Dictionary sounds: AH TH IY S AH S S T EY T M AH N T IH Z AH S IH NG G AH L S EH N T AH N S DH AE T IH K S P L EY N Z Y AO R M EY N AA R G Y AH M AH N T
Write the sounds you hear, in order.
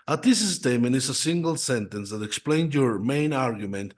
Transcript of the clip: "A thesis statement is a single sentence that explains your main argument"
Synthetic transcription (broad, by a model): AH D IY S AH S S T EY M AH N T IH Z AH S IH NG G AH L S EH N T AH N S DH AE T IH K S P L EY N Y AO R M EY N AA R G Y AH M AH N T